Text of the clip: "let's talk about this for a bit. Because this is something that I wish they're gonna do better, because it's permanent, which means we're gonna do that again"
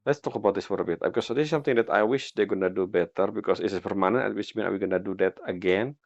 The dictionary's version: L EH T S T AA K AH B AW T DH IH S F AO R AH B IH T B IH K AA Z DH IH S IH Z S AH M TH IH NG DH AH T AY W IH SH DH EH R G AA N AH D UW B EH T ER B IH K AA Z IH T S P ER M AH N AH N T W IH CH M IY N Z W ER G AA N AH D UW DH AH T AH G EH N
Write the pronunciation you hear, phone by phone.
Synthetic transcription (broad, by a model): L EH T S T AA K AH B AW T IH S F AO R AH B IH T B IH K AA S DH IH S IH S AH M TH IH NG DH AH T AY W IH SH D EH G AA N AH D UW B EH T ER B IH K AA S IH S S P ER M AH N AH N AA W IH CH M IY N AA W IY G AA N AH D UW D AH T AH G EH N